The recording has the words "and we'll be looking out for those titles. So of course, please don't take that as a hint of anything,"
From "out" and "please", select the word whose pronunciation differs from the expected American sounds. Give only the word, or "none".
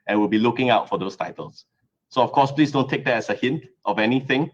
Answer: please